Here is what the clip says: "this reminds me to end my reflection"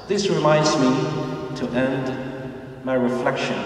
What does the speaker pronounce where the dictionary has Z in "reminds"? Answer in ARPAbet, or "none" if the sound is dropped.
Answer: Z